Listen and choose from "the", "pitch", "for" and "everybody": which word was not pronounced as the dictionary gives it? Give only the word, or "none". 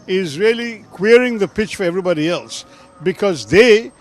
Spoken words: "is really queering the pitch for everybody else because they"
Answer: none